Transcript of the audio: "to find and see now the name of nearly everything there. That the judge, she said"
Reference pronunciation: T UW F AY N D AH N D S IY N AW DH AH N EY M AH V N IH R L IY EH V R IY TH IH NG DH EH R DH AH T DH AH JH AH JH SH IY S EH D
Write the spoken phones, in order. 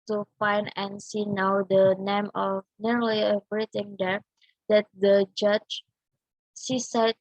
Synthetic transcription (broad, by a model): T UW F AY N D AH N S IY N AW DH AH N EY M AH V N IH R L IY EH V R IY T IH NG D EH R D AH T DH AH JH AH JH S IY S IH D